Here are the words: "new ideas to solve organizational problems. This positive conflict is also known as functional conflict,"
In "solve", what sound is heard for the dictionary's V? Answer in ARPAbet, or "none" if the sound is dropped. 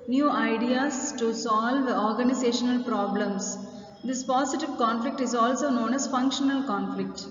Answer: V